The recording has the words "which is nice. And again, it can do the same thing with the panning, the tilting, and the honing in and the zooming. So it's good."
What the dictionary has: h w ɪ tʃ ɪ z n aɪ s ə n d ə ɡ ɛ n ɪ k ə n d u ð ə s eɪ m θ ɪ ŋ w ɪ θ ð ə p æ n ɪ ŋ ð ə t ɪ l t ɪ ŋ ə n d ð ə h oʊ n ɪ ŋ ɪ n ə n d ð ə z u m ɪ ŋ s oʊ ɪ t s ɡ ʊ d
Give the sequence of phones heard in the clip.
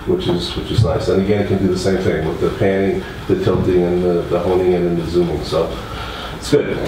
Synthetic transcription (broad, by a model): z w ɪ tʃ ɪ z l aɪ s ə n ə ɡ ɛ n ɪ k ə n d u ð ə s eɪ m θ ɪ ŋ w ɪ ð ə p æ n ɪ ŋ ð ə t ɪ l t ɪ ŋ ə n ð ð ə h oʊ n ɪ ŋ ɪ n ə n ð ə z u m ɪ ŋ s oʊ ɪ t s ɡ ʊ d